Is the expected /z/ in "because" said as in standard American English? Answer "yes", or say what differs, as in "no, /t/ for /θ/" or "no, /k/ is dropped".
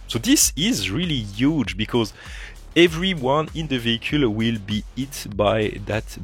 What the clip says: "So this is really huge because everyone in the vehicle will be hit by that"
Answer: yes